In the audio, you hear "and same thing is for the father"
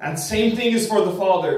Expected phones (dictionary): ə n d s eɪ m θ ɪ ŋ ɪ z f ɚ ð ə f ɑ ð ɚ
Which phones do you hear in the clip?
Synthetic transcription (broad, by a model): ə n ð s eɪ m θ ɪ ŋ ɪ z f ɚ ð ə f ɑ ð ɚ